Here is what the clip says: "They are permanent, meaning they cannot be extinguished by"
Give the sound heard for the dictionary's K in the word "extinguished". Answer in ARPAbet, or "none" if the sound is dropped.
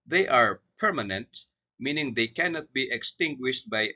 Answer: K